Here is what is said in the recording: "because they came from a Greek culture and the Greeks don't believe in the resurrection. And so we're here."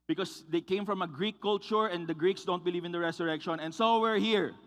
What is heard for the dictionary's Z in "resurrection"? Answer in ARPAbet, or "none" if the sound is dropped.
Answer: S